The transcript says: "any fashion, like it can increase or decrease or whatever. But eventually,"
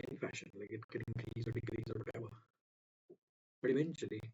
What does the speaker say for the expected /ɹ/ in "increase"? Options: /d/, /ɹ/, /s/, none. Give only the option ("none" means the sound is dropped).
none